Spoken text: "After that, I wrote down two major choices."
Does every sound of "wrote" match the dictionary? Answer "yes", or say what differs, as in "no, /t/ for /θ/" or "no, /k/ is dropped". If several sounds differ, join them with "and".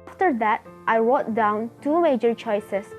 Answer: no, /w/ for /ɹ/